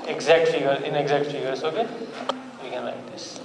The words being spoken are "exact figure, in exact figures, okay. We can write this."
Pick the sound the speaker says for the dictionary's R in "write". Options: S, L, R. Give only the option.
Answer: L